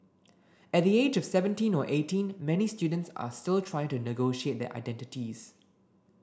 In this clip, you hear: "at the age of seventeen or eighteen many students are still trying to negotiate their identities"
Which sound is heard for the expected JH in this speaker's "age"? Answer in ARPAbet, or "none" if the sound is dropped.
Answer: JH